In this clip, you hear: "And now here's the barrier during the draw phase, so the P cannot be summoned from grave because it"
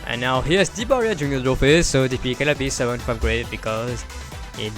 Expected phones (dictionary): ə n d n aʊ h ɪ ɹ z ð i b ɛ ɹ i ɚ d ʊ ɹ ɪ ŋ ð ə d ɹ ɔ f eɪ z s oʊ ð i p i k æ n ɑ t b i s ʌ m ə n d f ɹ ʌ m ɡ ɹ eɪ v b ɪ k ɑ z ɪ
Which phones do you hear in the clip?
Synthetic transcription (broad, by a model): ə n n aʊ h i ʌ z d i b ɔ ɹ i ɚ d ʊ ɹ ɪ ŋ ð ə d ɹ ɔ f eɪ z s oʊ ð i f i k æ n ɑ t b i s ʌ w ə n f ɹ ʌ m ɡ ɹ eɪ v b ɪ k ɑ z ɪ